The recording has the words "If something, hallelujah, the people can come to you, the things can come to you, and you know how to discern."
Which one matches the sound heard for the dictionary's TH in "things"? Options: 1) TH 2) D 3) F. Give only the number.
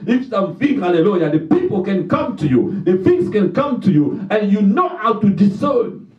3